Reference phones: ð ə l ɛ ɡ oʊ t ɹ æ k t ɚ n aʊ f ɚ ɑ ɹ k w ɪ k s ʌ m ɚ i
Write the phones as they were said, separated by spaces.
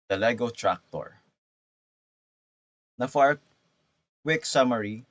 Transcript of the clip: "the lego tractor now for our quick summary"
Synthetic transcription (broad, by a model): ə l ɛ ɡ oʊ t ɹ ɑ k t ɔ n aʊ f ɑ ɹ k w ɪ k s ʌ m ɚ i